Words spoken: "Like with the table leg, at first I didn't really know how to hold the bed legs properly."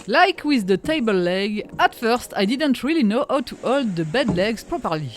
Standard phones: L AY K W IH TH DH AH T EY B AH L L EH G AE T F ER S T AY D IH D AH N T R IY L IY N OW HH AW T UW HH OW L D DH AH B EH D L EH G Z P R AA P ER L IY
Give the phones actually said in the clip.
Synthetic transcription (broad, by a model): L AY K W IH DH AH T EY B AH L L EH G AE T F ER S T AY D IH D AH N T R IY L IY N OW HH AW T UW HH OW L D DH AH B EH D L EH G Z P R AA P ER L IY